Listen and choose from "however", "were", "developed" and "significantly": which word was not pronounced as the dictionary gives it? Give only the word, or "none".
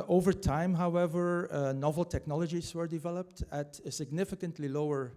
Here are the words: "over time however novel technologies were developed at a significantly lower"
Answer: none